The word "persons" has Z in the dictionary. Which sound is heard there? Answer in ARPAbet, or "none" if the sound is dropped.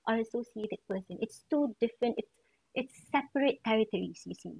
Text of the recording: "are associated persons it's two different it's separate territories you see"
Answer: none